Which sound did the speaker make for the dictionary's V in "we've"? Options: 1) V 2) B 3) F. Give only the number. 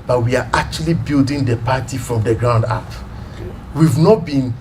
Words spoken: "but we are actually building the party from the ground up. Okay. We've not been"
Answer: 1